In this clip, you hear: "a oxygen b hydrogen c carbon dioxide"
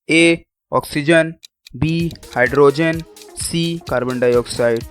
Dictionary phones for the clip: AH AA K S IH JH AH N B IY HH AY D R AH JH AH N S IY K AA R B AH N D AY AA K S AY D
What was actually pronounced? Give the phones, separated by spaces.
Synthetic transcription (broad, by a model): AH AA K S IH JH AH N B IY HH AY D R AH JH AH N S IY K AA R B AH N D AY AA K S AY D